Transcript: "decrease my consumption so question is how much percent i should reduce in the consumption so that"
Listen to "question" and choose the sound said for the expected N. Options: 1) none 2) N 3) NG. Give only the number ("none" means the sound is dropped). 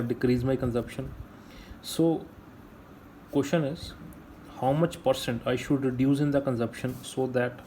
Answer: 2